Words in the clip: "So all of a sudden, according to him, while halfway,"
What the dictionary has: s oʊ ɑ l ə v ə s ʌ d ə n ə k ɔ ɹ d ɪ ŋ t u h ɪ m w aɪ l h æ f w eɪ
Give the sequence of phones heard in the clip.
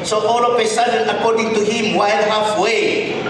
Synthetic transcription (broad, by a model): s oʊ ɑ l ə p ə s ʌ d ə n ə k ɔ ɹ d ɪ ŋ t u h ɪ m w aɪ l h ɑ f w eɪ